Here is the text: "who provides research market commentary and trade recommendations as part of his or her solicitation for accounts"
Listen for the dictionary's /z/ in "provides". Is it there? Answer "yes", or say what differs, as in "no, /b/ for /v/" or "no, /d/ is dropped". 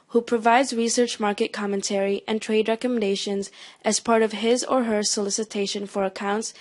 yes